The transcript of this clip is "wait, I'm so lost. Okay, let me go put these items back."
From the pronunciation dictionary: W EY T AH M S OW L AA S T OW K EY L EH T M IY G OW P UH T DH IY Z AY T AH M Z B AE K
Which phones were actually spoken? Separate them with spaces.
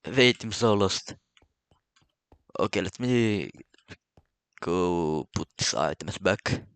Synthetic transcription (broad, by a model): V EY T AH M S OW L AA S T OW K EY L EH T M IY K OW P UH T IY S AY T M S B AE K